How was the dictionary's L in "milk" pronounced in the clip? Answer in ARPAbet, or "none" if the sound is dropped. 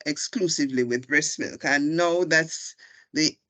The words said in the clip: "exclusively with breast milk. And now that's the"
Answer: L